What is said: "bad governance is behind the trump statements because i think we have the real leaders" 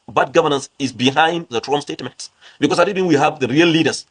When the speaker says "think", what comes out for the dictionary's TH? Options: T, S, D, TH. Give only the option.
T